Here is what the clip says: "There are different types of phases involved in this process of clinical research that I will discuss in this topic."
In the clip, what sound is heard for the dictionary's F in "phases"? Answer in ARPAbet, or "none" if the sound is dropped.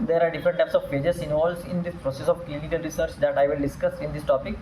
P